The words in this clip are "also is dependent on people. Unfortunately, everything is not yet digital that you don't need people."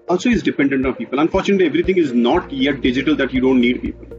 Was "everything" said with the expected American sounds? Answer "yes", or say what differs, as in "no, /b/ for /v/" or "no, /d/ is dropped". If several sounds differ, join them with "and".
no, /t/ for /θ/